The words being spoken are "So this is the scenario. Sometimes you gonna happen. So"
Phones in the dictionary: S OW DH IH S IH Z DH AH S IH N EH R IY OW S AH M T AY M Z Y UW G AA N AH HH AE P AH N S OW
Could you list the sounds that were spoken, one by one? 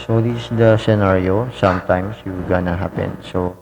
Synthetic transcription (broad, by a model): S OW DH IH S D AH S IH N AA R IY OW S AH M T AY M S Y UW G AA N AH HH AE P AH N S OW